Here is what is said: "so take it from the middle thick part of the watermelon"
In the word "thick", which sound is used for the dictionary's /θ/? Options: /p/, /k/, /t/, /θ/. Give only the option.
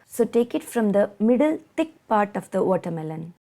/t/